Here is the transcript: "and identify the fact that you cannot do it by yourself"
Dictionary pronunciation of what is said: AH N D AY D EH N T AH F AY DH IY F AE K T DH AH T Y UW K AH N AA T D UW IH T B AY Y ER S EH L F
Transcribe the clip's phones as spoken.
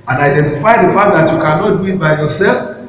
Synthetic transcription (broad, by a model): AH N AY D EH N T AH F AY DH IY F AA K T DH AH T Y UW K AH N AA T D UW IH T B AY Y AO S EH L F